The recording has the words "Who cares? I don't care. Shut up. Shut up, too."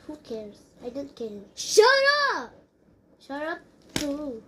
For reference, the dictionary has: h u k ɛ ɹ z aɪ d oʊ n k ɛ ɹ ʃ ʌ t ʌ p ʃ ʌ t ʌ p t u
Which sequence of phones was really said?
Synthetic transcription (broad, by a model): h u k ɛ ɹ s aɪ d oʊ n k ɛ ɹ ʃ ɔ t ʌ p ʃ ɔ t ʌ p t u